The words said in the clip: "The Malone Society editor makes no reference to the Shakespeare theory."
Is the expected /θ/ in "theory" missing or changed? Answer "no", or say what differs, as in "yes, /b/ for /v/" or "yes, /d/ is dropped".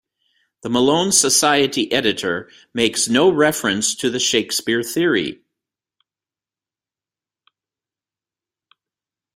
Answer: no